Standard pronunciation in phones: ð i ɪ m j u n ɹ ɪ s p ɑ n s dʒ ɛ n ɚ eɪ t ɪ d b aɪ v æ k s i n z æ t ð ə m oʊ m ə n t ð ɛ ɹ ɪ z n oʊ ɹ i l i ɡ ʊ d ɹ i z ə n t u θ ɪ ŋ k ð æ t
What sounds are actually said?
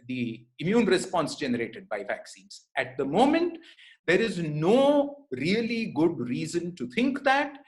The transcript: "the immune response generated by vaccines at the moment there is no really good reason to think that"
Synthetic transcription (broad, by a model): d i ɪ m j u n ɹ ɪ s p ɑ n s dʒ ɛ n ɚ eɪ t ɪ d b aɪ v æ k s i n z æ t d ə m oʊ m ə n t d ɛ ɹ ɪ z n oʊ ɹ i l i ɡ ʊ d ɹ i z ə n t u t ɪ ŋ k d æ t